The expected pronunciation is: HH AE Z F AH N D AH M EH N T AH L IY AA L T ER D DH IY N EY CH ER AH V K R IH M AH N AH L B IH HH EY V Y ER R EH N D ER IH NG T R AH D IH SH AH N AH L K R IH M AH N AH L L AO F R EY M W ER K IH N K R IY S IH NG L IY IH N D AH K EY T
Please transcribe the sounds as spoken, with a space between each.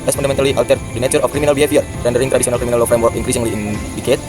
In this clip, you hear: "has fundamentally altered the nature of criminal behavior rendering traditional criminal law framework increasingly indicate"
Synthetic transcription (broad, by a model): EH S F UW N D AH M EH N T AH L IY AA W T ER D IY N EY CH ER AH F K R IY M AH N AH L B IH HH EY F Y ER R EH N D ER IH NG T R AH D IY S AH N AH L K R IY M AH N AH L L AO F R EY M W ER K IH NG K R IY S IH NG L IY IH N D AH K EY T